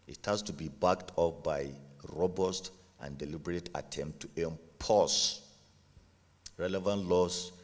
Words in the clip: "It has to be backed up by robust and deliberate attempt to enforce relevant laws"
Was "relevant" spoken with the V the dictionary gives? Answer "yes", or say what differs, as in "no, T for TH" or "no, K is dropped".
yes